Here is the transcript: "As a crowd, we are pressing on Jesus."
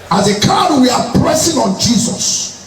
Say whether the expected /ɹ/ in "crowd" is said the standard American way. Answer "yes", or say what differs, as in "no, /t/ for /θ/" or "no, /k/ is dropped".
no, /ɹ/ is dropped